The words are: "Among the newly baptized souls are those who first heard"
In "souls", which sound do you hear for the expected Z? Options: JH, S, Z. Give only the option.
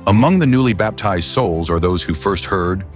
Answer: Z